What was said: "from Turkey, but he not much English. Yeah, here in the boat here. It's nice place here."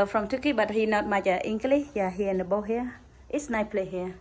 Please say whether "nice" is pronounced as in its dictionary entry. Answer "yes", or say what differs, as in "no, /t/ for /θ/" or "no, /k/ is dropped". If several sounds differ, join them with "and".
no, /s/ is dropped